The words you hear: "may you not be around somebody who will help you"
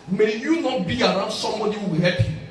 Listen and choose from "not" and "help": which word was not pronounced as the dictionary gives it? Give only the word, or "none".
help